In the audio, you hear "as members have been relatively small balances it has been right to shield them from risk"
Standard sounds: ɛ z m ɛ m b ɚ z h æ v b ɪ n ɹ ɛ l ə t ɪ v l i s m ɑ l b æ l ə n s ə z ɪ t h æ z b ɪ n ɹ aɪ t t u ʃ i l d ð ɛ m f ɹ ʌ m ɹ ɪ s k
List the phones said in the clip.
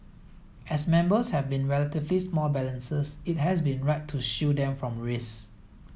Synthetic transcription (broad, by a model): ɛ s m ɛ m b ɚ s h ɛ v b ɪ n ɹ ɛ l ə t ɪ v l i s m ɑ l b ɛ l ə n s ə s ɪ t h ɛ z b ɪ n ɹ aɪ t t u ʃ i d ɛ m f ɹ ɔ m ɹ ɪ s